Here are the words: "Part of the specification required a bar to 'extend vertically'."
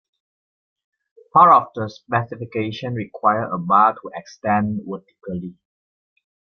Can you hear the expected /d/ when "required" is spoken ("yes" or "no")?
no